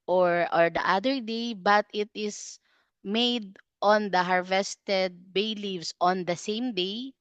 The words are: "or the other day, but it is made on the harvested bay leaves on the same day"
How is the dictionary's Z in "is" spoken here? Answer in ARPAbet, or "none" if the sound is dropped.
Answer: S